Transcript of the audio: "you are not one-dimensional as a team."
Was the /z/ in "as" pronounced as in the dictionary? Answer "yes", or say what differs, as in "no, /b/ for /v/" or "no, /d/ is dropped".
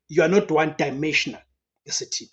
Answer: no, /s/ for /z/